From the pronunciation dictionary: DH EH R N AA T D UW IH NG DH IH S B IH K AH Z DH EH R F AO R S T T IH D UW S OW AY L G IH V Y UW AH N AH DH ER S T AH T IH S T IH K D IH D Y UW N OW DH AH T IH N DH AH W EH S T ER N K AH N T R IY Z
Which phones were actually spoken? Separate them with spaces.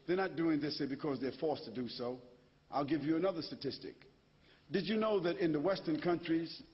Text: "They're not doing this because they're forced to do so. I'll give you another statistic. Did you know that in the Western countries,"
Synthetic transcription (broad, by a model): DH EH R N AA T D UW IH NG DH IH S B IH K AH Z DH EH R F AO R S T T IH D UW S OW AY L G IH V Y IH AH N AH DH ER S T AH T IH S T IH K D IH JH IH N OW DH AH T IH N DH AH W EH S T ER N K AH N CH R IY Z